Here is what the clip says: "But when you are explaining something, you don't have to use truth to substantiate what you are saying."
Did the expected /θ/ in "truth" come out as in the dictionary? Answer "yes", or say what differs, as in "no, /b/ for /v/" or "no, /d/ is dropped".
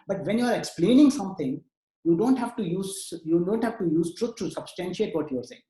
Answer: no, /t/ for /θ/